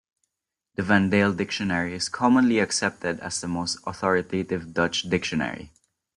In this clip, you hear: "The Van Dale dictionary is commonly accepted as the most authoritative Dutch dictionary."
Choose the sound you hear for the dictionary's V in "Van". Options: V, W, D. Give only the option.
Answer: V